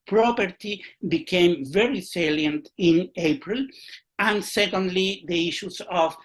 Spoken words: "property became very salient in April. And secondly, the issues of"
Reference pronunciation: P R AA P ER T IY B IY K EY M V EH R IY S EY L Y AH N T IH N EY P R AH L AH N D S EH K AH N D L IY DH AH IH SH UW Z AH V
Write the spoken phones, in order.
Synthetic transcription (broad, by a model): P R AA P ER T IY B IY K EY M V EH R IY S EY L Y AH N T IH N EY P R AH L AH N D S EH K AH N D L IY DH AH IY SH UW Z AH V